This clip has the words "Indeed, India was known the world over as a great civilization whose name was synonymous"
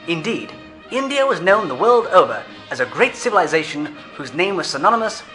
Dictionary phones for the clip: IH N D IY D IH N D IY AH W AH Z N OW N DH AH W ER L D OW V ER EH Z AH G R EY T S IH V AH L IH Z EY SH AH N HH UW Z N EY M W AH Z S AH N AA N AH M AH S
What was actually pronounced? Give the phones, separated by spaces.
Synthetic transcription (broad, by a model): IH N D IY D IH N D IY AH W AH Z N OW N DH AH W ER L D OW V ER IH Z AH G R EY T S IH V AH L IH Z EY SH AH N HH UW Z N EY M W AH Z S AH N AA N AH M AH S